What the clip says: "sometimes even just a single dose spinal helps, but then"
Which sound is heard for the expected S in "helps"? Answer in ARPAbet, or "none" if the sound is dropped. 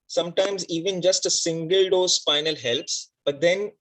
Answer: S